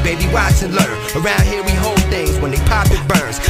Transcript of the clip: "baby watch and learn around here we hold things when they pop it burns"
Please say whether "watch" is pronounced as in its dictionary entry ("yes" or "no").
no